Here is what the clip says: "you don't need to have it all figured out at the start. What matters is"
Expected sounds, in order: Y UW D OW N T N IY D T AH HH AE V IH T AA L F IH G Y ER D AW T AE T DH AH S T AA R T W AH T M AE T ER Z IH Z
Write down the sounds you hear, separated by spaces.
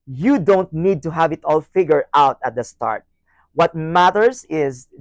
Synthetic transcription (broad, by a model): Y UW D OW N T N IY D T AH HH AE V IH T AA L F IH G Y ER AW T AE T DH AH S T AA R T W AH T M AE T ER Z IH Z